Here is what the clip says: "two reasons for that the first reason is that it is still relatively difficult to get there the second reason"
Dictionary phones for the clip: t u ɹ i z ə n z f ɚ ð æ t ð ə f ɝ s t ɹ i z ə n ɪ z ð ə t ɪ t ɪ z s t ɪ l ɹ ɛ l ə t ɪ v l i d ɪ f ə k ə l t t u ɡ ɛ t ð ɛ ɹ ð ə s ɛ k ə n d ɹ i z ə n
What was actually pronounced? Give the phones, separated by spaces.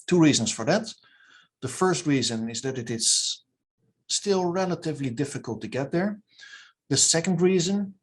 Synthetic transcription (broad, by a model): t u ɹ i z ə n s f ɚ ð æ t ð ə f ɝ s t ɹ i z ə n ɪ z ð ə t ɪ t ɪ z s t ɪ l ɹ ɛ l ə t ɪ v l i d ɪ f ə k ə l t t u ɡ ɛ t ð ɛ ɹ ð ə s ɛ k ə n d ɹ i z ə n